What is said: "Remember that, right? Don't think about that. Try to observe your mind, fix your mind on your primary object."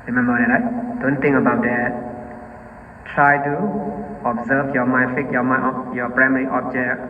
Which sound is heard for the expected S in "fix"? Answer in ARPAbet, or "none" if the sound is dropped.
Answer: none